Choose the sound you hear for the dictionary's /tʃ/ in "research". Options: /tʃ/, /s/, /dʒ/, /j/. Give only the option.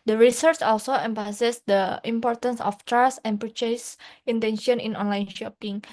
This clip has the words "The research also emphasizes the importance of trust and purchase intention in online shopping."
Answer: /tʃ/